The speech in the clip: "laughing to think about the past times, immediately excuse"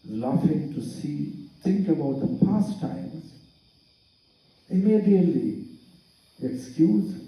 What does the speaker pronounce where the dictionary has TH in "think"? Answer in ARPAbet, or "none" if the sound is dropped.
T